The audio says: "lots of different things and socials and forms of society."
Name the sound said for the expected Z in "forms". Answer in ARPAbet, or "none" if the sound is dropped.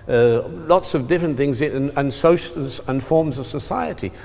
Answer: Z